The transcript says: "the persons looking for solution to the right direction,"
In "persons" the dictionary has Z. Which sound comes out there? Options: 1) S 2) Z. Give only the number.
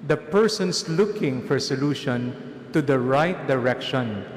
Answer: 1